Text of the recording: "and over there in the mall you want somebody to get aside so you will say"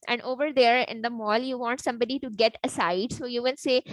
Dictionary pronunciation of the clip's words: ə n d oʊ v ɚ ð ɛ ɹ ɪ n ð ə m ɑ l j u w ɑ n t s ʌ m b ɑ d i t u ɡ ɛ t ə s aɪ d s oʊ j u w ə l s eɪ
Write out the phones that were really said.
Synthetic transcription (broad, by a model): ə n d oʊ v ɚ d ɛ ɹ ɪ n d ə m ɑ l j u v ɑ n t s ʌ m b ɑ d i t u ɡ ɛ t ə s aɪ d s oʊ j u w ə n s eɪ